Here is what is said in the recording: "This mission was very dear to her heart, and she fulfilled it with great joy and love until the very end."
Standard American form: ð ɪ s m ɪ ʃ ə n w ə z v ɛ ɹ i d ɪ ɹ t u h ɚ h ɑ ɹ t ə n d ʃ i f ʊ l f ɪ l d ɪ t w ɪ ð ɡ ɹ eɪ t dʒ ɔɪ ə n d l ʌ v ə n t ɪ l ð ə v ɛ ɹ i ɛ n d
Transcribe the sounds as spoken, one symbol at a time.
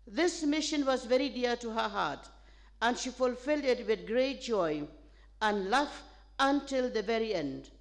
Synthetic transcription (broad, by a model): ð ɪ s m ɪ ʃ ə n w ə z v ɛ ɹ i d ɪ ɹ t u h ɚ h ɑ ɹ t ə n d ʃ i f ʊ l f ɪ l d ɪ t w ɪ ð ɡ ɹ eɪ t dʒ ɔɪ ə n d l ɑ f ə n t ɪ l ð ə v ɛ ɹ i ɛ n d